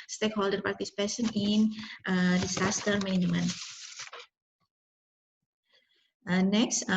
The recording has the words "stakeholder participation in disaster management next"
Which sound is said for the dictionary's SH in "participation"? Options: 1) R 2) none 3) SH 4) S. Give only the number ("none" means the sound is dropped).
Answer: 4